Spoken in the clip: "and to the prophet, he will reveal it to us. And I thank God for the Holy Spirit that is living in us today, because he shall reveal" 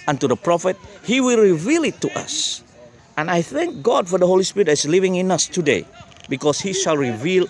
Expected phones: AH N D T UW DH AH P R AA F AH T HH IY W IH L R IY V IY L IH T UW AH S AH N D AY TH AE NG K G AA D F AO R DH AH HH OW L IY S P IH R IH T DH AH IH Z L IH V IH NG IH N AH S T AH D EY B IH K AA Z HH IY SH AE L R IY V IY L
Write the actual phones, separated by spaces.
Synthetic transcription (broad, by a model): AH N T UW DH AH P R AA F AH T HH IY W IH L R IY V IY L IH T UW AH S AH N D AY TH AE NG K G AA D F AO R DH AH HH OW L IY S P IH R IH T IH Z L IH V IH NG IH N AH S T AH D EY B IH K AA S HH IY SH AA L R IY V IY L